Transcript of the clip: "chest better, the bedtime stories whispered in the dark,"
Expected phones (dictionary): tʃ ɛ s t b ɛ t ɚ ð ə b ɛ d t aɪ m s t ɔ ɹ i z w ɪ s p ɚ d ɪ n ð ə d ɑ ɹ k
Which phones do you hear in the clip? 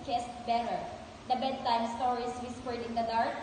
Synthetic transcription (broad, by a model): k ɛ s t b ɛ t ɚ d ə b ɛ d t aɪ m s t ɔ ɹ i s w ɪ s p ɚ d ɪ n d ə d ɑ ɹ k